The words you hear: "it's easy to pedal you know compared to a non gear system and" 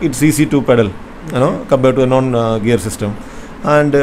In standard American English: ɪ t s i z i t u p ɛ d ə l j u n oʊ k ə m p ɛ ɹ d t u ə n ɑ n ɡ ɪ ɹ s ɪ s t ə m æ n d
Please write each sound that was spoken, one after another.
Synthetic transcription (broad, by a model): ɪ t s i s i t u p ɛ d ə l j n oʊ k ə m b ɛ t u ə n ɑ n ɡ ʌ ɹ s ɪ s t ə m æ n d